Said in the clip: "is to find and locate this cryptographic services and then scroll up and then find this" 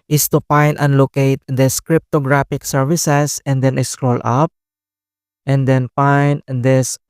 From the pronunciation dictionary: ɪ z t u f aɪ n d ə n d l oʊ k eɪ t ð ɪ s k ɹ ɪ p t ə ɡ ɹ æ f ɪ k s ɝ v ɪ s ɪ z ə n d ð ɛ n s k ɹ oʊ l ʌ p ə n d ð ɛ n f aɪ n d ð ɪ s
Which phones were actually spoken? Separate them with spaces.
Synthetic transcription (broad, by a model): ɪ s t u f aɪ n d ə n l oʊ k eɪ t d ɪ s k ɹ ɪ p t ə ɡ ɹ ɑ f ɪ k s ɝ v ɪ s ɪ s ə n d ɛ n s k ɹ oʊ l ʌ p ə n d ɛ n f aɪ n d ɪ s